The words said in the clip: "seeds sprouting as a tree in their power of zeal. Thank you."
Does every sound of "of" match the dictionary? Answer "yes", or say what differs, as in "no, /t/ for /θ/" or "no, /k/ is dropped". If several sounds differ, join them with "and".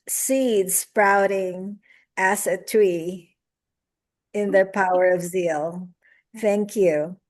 yes